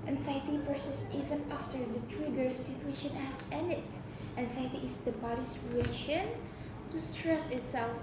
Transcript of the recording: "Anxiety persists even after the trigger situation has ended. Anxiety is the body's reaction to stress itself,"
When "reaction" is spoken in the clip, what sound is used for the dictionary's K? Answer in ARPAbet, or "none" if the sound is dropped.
none